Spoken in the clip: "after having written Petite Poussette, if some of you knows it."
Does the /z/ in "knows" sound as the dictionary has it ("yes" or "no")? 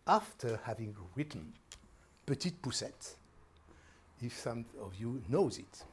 yes